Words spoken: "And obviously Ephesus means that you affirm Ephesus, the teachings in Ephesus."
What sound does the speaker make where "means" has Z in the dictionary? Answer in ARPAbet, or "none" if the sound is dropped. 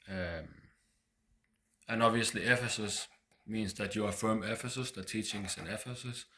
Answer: S